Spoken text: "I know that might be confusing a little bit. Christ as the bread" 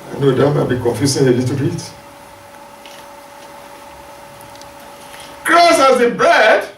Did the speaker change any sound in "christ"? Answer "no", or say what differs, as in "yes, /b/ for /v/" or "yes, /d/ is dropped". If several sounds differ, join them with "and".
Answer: yes, /t/ is dropped